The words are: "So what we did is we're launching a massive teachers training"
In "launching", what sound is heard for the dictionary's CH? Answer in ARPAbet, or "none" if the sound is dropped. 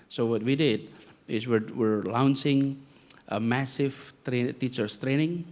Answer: S